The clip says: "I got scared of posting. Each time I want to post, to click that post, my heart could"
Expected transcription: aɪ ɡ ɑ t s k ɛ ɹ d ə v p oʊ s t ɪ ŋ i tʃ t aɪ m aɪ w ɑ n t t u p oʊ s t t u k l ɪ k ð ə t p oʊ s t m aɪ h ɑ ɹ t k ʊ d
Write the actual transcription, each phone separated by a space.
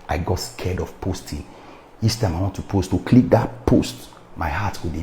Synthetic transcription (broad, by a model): aɪ ɡ ɑ t s k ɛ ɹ d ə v p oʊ s t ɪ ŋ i s t aɪ m aɪ w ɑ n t t u p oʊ s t t u k l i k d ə t p oʊ s t m aɪ h ɑ t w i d